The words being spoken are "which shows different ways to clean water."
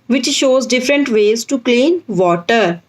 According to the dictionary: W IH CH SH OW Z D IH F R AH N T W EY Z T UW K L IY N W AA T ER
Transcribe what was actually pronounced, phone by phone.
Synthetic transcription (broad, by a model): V IH CH SH OW Z D IH F R AH N T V EY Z T UW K L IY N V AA T ER